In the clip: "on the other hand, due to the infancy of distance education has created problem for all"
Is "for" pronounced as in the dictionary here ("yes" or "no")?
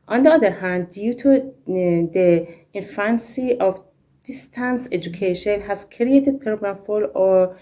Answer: no